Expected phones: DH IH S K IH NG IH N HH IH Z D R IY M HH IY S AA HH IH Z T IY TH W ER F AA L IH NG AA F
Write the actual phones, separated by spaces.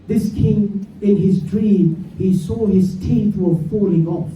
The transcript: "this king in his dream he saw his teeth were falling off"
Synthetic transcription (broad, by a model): DH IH S K IH NG IH N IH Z D R IY M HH IY S AA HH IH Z T IY TH W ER F AA L IH NG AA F